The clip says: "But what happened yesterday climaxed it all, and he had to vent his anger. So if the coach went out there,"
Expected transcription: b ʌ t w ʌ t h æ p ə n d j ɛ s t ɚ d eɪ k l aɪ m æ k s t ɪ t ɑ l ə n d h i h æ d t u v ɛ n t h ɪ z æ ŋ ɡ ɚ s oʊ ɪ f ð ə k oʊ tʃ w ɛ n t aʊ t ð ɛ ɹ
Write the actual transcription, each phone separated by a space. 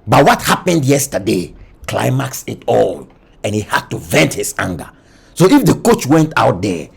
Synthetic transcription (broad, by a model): b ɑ t w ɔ t h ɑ p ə n d j ɛ s t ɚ d eɪ k l aɪ m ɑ k s ɪ t ɑ l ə n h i h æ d t u v ɛ n t h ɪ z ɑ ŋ ɡ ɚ s oʊ ɪ f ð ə k oʊ tʃ w ɛ n t aʊ t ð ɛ